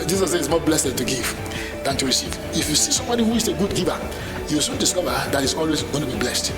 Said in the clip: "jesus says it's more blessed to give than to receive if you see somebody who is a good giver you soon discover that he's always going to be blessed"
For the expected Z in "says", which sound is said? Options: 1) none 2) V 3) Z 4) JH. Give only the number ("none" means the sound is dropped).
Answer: 1